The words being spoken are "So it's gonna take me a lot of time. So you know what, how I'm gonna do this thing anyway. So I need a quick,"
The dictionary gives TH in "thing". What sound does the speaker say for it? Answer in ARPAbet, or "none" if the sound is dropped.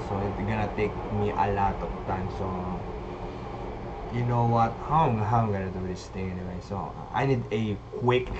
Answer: T